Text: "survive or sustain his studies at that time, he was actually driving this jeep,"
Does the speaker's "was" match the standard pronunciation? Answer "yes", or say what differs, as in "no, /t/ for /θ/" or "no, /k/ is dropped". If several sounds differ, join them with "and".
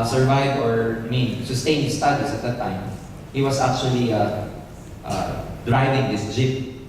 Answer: no, /s/ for /z/